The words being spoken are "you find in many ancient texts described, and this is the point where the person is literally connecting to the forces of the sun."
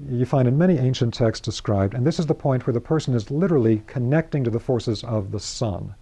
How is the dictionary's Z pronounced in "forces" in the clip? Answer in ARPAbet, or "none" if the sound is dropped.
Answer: Z